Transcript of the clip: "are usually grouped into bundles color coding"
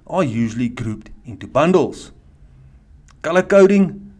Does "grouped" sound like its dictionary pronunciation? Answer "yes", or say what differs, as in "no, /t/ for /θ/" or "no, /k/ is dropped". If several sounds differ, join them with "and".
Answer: yes